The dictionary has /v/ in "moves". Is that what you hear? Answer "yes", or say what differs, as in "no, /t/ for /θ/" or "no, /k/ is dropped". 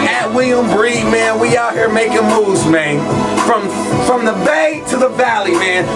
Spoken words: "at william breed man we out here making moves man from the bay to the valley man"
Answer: no, /v/ is dropped